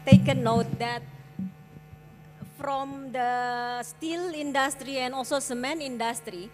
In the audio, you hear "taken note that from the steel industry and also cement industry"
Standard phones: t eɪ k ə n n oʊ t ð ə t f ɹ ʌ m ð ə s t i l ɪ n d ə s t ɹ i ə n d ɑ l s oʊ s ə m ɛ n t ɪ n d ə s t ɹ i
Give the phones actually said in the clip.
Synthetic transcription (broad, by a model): t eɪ k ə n n oʊ t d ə t f ɹ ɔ m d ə s t i l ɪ n d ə s t ɹ i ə n ɑ l s oʊ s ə m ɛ n ɪ n d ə s t ɹ i